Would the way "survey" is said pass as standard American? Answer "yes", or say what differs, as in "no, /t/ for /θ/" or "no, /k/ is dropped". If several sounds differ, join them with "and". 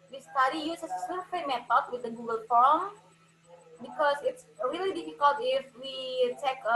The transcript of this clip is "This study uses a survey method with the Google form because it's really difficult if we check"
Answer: no, /f/ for /v/